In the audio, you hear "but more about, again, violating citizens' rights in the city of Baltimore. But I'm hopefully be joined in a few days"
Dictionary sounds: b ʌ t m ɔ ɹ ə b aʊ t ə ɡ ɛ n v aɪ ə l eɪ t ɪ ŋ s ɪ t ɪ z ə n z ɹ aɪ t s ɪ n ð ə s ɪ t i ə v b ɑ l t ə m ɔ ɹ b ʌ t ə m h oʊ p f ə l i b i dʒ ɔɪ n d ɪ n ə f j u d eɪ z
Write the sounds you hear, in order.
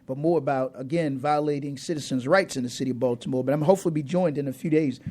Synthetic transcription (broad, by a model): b ʌ t m ɔ ɹ ə b aʊ t ə ɡ ɛ n v aɪ ə l eɪ t ɪ ŋ s ɪ t ɪ z ə n z ɹ aɪ t s ɪ n ð ə s ɪ t i ə v b ɑ l t ə m ɔ ɹ b ʌ t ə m h oʊ p f l i b i dʒ ɔɪ n d ɪ n ə f j u d eɪ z